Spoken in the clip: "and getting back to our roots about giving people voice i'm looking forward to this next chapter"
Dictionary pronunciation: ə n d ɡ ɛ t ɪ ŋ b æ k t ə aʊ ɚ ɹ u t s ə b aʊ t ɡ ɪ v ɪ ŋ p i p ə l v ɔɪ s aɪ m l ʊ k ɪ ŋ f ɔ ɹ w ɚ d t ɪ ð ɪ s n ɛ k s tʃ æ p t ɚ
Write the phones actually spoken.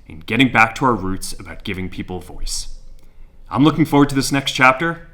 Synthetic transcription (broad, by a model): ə n ɡ ɛ t ɪ ŋ b æ k t ə aʊ ɚ ɹ u t s ə b aʊ t ɡ ɪ v ɪ ŋ p i p l v ɔɪ s aɪ m l ʊ k ɪ ŋ f ɔ ɹ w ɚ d t ɪ ð ɪ s n ɛ k s tʃ æ p t ɚ